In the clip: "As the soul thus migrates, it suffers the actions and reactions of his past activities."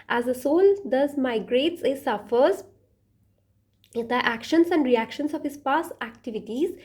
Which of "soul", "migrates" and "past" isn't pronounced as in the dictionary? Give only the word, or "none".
past